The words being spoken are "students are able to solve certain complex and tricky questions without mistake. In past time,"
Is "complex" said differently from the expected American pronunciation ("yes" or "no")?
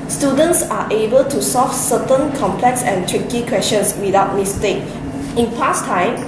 no